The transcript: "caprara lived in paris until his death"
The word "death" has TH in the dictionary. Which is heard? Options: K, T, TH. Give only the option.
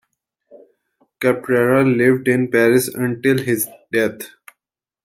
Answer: T